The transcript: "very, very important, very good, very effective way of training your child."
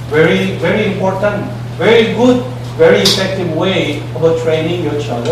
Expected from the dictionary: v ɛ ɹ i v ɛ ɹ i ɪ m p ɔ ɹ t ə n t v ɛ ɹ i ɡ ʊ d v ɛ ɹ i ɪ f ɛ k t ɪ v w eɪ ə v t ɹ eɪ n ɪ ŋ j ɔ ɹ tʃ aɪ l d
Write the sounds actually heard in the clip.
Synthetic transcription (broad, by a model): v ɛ ɹ i v ɛ ɹ i ɪ m p ɔ ɹ t ə n t v ɛ ɹ i ɡ ʊ d v ɛ ɹ i ɪ f ɛ k t ɪ v w eɪ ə b t ɹ eɪ n ɪ ŋ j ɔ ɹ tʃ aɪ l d